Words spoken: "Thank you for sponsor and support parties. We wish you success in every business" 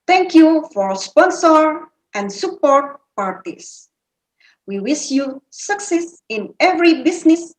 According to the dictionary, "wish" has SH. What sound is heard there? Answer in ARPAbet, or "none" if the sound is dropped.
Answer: S